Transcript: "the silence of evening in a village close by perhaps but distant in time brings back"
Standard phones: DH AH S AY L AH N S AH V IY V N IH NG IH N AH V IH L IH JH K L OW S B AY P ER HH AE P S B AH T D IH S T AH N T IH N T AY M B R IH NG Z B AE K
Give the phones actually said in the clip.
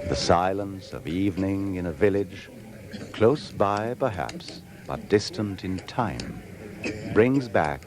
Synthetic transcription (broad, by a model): DH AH S AY L AH N S AH V IY V N IH NG IH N AH V IH L IH JH K L OW S B AY P ER HH AE P S B AH T D IH S T AH N T IH N T AY M B R IH NG Z B AE K